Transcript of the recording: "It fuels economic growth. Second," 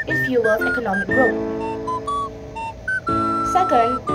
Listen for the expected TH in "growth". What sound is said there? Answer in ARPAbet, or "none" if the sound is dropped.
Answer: T